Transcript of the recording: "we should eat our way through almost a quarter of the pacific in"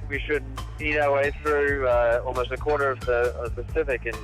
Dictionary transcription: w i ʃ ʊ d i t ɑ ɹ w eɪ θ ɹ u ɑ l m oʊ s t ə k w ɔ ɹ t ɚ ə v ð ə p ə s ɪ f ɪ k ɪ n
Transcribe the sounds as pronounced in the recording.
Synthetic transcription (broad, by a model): w i ʃ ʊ d i t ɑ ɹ w eɪ θ ɹ u ɑ l m oʊ s t ə k w ɔ ɹ t ɚ ə v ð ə p ə s ɪ f ɪ k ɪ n